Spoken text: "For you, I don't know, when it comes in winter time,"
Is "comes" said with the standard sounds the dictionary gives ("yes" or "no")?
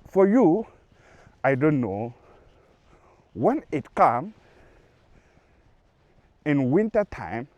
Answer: no